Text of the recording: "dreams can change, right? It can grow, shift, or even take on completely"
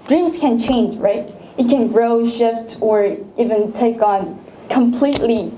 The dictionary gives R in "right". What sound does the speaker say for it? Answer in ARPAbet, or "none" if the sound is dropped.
R